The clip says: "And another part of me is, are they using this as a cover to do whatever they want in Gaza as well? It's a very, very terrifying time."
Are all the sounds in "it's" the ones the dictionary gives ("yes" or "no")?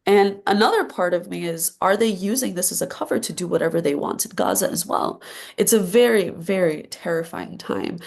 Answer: yes